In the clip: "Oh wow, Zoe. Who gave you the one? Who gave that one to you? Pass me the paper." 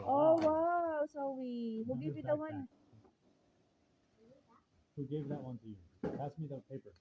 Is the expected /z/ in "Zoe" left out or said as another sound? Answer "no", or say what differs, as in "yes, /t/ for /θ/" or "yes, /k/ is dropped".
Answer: yes, /s/ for /z/